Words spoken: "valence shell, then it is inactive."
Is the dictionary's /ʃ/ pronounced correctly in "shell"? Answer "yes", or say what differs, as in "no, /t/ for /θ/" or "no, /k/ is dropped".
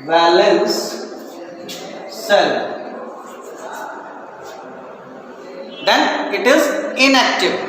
no, /s/ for /ʃ/